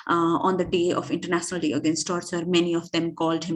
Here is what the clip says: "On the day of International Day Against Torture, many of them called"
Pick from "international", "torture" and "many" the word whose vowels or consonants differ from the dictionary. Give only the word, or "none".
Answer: torture